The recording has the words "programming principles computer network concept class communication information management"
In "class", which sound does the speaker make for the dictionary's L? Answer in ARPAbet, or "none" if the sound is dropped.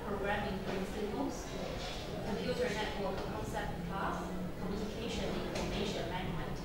none